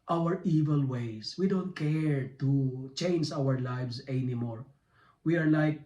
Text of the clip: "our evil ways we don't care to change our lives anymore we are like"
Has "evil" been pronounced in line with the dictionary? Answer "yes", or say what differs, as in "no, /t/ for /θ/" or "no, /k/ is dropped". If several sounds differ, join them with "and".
yes